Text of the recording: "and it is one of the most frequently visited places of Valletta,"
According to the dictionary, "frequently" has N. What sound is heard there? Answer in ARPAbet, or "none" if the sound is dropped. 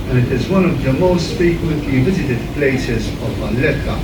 none